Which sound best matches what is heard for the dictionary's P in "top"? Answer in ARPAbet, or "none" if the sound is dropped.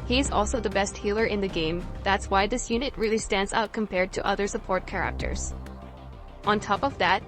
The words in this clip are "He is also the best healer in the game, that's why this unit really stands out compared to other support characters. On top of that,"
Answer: P